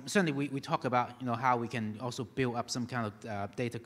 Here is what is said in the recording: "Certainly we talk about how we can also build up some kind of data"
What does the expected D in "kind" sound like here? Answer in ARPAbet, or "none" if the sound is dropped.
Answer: D